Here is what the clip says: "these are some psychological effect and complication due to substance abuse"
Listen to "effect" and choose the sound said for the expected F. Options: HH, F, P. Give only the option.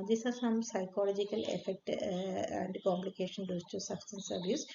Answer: F